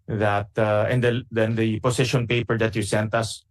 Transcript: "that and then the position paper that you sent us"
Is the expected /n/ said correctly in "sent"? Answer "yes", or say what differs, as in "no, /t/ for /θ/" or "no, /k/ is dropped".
yes